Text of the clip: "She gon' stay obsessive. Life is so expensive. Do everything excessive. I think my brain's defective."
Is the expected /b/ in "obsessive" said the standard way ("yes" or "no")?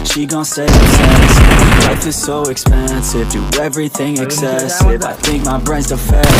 no